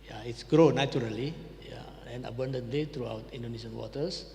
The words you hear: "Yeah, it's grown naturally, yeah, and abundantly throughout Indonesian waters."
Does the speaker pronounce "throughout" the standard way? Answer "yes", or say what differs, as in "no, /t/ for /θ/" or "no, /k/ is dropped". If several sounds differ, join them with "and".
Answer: no, /t/ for /θ/